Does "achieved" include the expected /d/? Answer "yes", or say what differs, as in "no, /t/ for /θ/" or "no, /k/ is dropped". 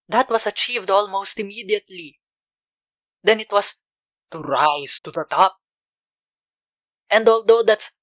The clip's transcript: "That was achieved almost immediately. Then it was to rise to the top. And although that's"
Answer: yes